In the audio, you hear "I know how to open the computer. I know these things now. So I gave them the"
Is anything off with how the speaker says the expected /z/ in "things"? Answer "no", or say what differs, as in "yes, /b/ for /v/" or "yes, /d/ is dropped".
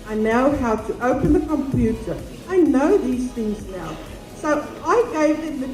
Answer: no